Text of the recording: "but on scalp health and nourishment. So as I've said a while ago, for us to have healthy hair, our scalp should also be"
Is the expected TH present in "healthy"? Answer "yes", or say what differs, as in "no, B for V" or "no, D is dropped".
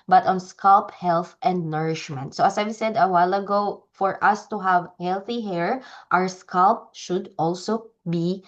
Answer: yes